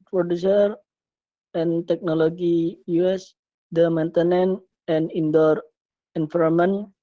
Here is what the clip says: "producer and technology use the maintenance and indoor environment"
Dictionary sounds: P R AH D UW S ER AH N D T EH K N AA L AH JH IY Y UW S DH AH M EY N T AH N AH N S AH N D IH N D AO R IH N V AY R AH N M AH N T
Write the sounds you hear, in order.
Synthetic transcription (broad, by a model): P R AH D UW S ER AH N T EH K N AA L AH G IY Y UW S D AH M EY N T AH N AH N AH N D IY N D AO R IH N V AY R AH M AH N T